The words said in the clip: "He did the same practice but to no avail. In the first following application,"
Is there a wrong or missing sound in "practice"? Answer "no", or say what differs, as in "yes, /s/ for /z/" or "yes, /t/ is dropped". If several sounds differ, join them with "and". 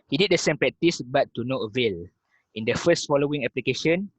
yes, /k/ is dropped